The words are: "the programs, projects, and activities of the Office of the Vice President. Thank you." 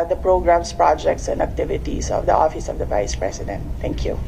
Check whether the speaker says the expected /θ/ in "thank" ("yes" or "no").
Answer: no